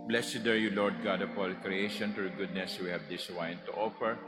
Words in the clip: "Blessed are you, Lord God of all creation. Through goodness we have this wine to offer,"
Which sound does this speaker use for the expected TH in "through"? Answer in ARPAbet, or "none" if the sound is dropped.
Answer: T